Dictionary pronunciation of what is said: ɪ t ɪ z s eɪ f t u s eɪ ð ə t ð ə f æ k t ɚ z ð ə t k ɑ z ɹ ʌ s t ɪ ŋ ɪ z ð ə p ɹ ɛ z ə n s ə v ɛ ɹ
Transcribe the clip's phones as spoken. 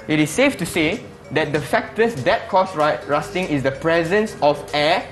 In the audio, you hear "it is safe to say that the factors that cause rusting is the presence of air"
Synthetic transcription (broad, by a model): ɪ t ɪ s eɪ f t u s eɪ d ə t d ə f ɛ k t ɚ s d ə t k ɑ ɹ ɹ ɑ s t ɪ ŋ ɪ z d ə p ɹ ɛ z ə n s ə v ɛ